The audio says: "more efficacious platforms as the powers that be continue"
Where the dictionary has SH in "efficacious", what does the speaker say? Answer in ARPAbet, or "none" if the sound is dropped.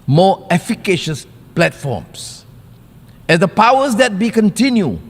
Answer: SH